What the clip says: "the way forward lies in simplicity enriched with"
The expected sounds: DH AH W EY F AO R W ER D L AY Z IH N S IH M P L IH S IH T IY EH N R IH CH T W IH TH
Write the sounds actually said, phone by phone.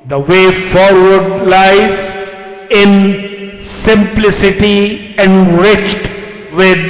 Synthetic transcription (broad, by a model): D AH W EY F AO R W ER D L AY Z IH N S IH M P L IH S IH T IY EH N R IH CH T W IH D